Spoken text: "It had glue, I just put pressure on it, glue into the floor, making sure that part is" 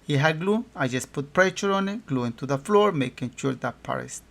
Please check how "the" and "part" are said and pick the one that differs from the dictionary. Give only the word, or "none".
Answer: part